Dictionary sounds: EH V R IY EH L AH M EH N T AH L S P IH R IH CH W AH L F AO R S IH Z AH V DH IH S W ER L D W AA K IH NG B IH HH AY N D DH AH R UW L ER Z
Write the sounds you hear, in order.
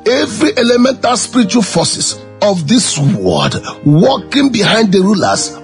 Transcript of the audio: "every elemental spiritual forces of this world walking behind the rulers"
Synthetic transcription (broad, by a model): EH V R IY EH L AH M EH N T AH L S P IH R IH CH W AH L F AO S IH S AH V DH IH S W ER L D W AA K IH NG B IH HH AY N D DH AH R UW L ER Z